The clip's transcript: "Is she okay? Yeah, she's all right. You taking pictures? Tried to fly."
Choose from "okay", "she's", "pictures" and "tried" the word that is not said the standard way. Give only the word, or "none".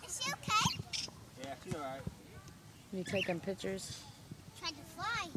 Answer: she's